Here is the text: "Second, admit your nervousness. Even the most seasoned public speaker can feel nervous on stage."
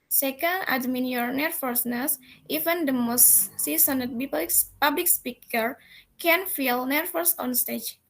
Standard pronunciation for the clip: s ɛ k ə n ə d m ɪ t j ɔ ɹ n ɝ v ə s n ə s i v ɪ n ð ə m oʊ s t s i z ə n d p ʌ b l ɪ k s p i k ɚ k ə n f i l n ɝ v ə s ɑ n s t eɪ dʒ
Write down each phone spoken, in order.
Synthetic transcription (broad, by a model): s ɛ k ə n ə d m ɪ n j ɔ ɹ n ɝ f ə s n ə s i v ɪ n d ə m oʊ s t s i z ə n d p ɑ b l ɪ k s p i k ɚ k ə n f i l n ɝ f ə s ɑ n s t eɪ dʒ